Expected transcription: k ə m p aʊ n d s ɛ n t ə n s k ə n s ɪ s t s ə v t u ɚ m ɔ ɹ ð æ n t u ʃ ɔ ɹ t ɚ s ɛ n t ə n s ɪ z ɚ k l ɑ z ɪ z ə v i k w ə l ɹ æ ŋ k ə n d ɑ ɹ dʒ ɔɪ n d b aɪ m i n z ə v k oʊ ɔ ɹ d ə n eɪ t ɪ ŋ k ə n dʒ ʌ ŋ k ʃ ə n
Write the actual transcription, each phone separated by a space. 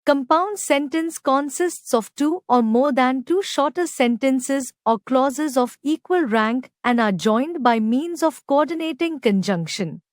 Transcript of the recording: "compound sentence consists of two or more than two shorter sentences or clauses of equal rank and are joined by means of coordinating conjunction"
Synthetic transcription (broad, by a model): k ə m p aʊ n d s ɛ n t ə n s k ə n s ɪ s t s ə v t u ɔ m ɔ ɹ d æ n t u ʃ ɔ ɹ t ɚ s ɛ n t ə n s ɪ z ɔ k l ɑ z ɪ z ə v i k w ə l ɹ æ ŋ k ə n d ɑ ɹ dʒ ɔɪ n d b aɪ m i n z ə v k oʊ ɔ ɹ d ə n eɪ t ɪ ŋ k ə n dʒ ʌ ŋ k ʃ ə n